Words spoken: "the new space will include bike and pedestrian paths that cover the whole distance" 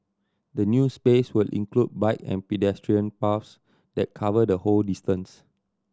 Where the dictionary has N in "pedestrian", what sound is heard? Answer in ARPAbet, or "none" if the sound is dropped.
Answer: N